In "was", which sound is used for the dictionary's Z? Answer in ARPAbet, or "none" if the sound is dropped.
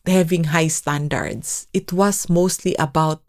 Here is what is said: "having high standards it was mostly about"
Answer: S